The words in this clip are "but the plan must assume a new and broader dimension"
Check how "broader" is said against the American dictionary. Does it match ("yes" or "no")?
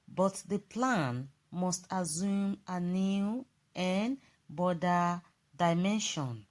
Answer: no